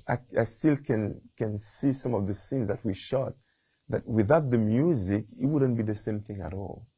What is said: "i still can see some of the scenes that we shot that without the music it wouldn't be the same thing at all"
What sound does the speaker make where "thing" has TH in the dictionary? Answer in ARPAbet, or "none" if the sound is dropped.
TH